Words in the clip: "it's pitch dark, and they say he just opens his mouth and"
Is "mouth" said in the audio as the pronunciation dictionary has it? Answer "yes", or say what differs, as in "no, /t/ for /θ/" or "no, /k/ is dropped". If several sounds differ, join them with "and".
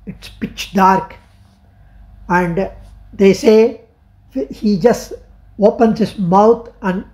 no, /t/ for /θ/